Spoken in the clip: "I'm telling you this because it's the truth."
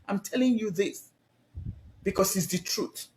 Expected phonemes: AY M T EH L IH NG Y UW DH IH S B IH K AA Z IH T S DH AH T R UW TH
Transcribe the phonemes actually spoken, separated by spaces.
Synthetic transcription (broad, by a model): AY M T EH L IH NG Y UW DH IH S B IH K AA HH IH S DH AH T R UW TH